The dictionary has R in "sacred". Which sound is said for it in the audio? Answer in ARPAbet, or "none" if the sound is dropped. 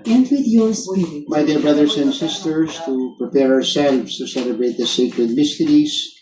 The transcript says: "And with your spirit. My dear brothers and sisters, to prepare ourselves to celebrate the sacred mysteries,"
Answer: R